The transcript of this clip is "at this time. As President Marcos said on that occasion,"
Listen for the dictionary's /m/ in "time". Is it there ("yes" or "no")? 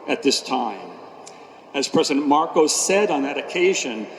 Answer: yes